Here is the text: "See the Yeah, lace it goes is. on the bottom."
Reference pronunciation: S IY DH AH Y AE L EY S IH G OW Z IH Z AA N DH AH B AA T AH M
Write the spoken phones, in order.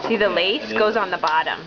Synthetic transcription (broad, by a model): S IY DH AH L EY S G OW IH Z N DH AH B AA T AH M